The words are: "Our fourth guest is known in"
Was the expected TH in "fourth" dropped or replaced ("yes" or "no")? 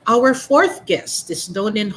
no